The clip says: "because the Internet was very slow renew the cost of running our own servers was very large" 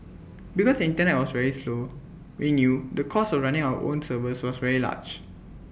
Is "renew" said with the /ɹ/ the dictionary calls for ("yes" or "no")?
no